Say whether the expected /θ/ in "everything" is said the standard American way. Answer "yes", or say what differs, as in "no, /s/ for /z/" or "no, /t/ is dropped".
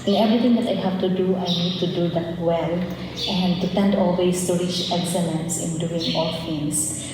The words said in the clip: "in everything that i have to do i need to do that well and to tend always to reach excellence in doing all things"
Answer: no, /t/ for /θ/